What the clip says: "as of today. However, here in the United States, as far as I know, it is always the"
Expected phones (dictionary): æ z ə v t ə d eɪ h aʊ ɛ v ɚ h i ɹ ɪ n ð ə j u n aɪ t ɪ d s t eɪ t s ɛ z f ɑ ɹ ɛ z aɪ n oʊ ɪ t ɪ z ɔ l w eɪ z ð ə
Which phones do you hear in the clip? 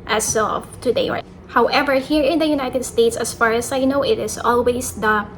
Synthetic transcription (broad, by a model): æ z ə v t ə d eɪ h aʊ ɛ v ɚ h i ɹ ɪ n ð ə j u n aɪ t ɪ d s t eɪ t s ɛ s f ɑ ɹ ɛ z aɪ n oʊ ɪ t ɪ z ɔ l w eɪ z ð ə